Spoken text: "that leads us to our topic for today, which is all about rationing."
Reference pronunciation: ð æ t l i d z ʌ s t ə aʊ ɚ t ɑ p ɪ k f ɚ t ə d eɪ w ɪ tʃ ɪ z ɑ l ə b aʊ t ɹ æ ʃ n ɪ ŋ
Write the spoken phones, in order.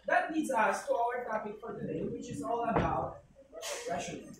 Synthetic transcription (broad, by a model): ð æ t n i d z ʌ s t ə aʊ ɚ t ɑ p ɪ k f ɚ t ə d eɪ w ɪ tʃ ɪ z ɑ l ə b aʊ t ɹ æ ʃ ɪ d